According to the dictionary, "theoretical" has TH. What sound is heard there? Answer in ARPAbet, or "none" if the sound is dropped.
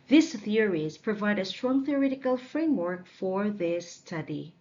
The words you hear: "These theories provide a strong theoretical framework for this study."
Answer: TH